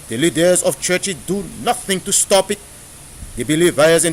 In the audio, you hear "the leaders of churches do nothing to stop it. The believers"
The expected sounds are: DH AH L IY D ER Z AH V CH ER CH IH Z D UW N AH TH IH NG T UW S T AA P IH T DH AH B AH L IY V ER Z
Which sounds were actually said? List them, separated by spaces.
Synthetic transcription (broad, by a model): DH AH L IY D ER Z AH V CH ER CH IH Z D UW N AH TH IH NG T UW S T AA P IH T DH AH B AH L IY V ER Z